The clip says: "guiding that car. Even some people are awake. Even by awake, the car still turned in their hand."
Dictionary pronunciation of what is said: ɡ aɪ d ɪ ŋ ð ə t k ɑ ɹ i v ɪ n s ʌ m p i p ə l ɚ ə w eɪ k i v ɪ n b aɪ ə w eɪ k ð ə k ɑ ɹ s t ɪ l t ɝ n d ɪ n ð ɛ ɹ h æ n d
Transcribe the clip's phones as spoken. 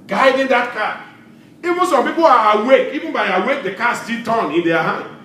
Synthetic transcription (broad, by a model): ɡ aɪ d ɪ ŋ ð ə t k ɑ i v ɪ n s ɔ m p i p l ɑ ə w eɪ k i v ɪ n b aɪ ə w eɪ k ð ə k ɑ s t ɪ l t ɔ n ɪ n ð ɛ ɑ h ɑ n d